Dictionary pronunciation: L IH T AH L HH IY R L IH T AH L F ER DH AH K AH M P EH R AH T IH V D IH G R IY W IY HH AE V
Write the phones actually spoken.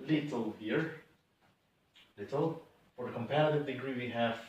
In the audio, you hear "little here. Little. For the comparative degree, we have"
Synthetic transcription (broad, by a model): L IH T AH L HH IY R L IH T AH L F ER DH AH K AH M P EH R AH T IH V D IH G R IY W IY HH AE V